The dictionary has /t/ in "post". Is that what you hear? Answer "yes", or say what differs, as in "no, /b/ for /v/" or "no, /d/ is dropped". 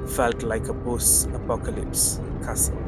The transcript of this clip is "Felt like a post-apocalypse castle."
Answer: no, /t/ is dropped